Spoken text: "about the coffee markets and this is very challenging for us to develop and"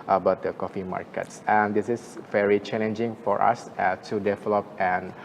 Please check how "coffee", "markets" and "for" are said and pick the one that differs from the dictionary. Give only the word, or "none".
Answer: none